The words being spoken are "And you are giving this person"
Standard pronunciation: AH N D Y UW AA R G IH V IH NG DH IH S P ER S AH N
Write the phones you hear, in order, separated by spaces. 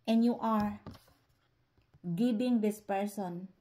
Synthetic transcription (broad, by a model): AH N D Y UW AA R G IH B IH NG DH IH S P ER S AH N